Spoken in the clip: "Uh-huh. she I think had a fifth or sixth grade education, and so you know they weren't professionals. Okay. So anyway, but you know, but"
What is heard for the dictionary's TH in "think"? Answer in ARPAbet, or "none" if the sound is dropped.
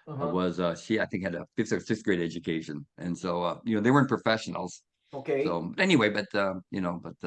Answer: TH